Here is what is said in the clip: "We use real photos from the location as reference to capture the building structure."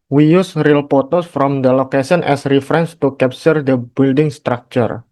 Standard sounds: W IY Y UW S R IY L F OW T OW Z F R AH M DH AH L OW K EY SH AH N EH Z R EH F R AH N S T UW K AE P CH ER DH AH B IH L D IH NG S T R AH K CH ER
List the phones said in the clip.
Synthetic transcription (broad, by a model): W IY Y UW S R IY L P OW T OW S F R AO M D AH L OW K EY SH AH N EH S R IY F R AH N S T UW K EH P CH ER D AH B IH L D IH NG S T R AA K CH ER